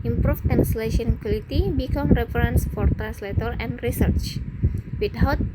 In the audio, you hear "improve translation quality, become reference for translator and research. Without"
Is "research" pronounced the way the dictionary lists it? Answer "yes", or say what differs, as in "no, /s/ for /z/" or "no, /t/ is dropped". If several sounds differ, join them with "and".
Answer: yes